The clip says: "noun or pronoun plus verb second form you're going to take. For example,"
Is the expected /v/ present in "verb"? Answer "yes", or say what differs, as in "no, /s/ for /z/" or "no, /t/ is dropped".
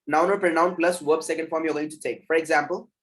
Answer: no, /w/ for /v/